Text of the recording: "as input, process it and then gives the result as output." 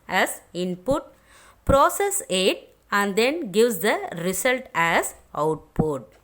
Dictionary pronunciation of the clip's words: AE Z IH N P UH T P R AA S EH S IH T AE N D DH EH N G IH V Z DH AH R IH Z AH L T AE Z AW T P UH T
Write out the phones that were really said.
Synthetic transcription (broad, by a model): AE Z IH N P UH T P R AA S EH S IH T AE N D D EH N G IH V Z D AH R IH S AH L T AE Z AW T P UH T